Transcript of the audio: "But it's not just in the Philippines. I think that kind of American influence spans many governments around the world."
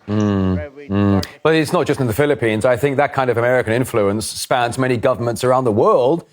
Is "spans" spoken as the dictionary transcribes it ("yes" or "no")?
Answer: yes